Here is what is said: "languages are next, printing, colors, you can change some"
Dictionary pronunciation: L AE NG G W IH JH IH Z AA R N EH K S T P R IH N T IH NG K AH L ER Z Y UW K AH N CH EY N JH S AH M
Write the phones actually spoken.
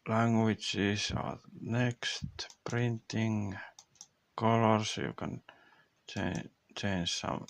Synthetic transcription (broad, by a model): L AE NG G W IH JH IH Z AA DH N EH K S T P R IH N T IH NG K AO L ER S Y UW K AH N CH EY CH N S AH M